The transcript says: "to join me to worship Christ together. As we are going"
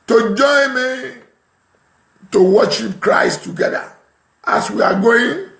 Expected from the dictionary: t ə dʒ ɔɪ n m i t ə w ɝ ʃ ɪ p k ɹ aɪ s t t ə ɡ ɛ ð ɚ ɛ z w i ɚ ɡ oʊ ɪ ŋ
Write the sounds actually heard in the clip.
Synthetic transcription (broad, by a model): t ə dʒ ɔɪ n m i t ə w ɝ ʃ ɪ p k ɹ aɪ s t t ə ɡ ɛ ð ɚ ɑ s w i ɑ ɡ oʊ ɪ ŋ